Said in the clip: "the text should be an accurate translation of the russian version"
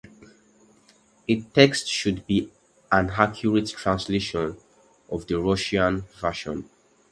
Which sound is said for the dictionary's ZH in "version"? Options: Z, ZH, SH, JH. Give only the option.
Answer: SH